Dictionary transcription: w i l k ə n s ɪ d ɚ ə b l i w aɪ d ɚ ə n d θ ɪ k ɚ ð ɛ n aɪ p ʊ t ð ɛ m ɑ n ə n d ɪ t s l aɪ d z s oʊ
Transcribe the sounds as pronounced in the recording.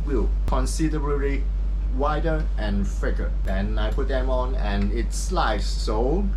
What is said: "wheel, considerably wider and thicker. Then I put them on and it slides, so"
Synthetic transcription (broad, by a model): w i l k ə n s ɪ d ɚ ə l i w aɪ d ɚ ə n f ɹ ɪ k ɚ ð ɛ n aɪ p ʊ t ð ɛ m ɑ n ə n ɪ t s l aɪ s s oʊ